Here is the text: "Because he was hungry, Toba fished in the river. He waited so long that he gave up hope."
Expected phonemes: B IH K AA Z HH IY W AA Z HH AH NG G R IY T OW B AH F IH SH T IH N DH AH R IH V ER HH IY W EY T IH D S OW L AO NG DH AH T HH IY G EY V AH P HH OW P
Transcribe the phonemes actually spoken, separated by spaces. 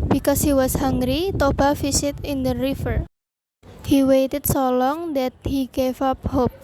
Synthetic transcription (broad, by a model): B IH K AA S HH IY W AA S HH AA NG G R IY T OW B AH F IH S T IH N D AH R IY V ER HH IY W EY T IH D S OW L AO NG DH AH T HH IY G EY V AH P HH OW P